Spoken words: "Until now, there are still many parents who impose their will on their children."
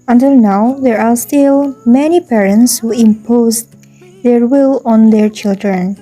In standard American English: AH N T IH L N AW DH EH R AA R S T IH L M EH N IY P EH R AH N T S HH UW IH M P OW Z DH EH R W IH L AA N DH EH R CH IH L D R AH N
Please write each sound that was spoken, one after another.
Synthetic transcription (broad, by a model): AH N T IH L N AW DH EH R AA R S T IH L M EH N IY P EH R AH N T S HH UW IH M P OW Z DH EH R W IH L AA N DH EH R CH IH L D R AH N